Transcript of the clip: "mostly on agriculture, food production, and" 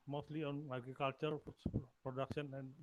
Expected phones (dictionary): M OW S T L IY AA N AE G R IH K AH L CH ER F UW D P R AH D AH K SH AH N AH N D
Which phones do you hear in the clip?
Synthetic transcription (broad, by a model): M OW S T L IY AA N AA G IH K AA L CH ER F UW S P R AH D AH K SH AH N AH N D